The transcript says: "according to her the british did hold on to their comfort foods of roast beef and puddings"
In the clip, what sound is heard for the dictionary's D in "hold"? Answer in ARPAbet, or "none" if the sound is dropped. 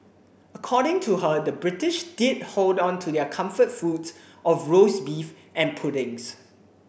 D